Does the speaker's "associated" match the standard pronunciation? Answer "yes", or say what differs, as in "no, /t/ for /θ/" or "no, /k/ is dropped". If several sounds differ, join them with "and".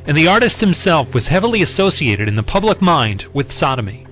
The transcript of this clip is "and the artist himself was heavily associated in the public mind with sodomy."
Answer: yes